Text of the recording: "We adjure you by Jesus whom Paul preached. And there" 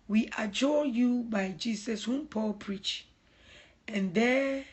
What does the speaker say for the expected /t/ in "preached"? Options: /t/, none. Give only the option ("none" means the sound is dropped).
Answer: none